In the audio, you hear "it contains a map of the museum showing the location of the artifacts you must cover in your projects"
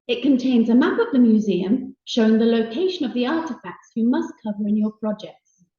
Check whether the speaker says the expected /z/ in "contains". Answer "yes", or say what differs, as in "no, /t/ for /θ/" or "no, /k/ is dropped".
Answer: yes